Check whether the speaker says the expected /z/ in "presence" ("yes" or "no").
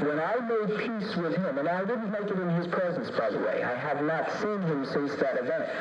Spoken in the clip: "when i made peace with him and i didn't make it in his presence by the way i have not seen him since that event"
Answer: yes